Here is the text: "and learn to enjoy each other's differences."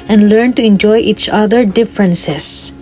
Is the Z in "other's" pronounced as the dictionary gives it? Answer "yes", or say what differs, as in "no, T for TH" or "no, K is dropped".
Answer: no, Z is dropped